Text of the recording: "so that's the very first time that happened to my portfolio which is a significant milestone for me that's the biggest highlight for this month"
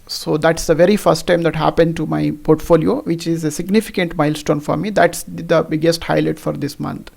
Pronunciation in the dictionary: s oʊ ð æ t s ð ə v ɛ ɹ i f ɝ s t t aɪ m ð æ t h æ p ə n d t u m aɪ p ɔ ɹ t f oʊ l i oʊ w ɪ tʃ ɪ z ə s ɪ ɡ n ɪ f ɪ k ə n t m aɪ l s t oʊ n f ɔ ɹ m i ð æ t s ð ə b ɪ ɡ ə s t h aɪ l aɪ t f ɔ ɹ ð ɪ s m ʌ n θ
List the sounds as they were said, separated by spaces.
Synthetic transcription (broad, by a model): s oʊ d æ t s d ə v ɛ ɹ i f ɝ s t t aɪ m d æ t h æ p ə n d t u m aɪ p ɔ ɹ t f oʊ l i oʊ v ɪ tʃ ɪ z ə s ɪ ɡ n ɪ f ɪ k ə n t m aɪ l s t oʊ n f ɔ ɹ m i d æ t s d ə b ɪ ɡ ə s t h aɪ l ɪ t f ɔ ɹ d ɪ s m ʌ n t